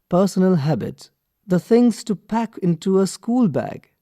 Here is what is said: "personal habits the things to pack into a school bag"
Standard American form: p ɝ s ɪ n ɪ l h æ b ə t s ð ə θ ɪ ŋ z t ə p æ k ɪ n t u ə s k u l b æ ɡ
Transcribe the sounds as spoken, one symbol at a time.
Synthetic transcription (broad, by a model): p ɝ s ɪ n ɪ l h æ b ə t ð ə θ ɪ ŋ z t ə p æ k ɪ n t u ə s k u l b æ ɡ